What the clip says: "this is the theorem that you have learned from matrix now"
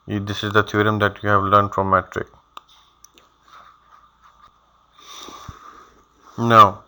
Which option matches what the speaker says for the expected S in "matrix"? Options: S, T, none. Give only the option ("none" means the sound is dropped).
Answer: none